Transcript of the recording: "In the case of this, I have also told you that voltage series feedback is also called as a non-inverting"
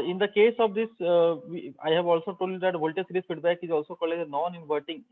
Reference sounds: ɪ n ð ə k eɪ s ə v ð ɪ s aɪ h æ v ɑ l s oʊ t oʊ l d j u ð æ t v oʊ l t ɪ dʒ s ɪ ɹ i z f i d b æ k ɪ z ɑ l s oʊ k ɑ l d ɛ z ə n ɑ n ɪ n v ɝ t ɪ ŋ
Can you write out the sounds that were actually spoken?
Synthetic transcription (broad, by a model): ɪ n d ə k eɪ s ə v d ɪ s aɪ h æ v ɑ l s oʊ t oʊ l d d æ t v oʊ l t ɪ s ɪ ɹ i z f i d b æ k ɪ z ɑ l s oʊ k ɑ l ɛ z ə n ɑ n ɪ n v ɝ t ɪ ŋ